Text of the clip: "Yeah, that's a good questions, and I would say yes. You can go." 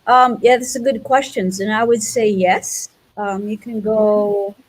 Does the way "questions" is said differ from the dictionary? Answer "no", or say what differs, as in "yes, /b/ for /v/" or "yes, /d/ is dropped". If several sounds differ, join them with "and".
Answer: no